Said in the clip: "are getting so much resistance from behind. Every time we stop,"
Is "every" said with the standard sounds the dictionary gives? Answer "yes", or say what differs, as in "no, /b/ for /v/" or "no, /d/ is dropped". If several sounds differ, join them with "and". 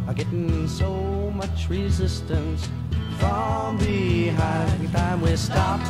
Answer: no, /ɹ/ is dropped